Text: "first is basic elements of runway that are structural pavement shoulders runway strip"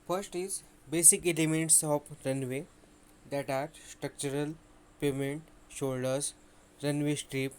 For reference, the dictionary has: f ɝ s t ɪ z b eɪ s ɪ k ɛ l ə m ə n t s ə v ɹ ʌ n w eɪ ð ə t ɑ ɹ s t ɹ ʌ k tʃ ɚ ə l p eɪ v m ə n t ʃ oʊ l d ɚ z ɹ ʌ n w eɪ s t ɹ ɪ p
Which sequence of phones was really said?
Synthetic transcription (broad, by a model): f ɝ s t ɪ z b eɪ s ɪ k ɛ l ə m ə n t s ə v ɹ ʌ n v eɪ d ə t ɑ ɹ s t ɹ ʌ k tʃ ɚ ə l p eɪ m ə n t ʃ oʊ l d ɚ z ɹ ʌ n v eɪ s t ɹ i p